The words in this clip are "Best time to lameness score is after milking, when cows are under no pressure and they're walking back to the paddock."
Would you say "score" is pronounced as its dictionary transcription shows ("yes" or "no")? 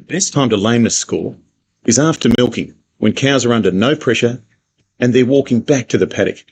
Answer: no